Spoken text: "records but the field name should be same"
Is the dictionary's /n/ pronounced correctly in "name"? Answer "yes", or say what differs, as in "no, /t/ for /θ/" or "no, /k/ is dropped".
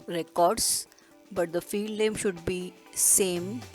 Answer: no, /l/ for /n/